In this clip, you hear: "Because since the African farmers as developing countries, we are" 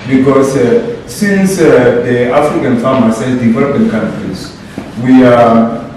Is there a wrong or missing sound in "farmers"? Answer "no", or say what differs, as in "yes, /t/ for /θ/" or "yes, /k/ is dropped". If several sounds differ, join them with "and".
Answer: yes, /s/ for /z/